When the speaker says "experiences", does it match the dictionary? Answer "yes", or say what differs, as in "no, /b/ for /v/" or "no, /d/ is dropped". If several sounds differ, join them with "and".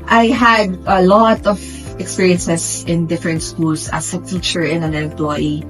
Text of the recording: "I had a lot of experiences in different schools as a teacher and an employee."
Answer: no, /s/ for /z/